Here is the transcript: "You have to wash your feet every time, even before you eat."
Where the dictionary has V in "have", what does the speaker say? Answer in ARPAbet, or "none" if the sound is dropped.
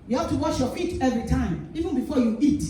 P